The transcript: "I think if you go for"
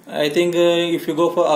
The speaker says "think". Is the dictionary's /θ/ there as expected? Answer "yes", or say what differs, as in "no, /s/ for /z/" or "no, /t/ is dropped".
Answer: no, /t/ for /θ/